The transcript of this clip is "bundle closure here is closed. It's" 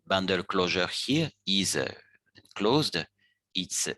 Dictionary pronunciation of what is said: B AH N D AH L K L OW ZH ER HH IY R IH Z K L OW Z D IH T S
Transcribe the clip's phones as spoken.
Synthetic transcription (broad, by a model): B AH N D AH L K L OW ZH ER HH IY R IH Z K L OW Z D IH T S